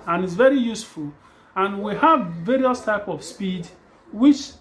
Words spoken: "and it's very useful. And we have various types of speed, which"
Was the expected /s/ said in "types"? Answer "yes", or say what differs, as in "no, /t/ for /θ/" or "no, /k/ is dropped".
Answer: no, /s/ is dropped